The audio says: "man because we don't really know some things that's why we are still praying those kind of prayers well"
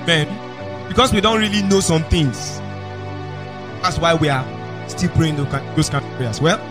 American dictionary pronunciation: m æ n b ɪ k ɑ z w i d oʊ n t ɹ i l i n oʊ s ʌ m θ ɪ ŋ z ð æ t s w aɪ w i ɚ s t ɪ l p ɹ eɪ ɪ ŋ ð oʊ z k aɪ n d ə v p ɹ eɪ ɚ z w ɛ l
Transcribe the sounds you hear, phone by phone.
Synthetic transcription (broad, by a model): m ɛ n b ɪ k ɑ s w i d oʊ n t ɹ i l i n oʊ s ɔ m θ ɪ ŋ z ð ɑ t s w aɪ w i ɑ s t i l p ɹ eɪ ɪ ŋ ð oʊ k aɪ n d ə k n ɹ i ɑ s w ɛ l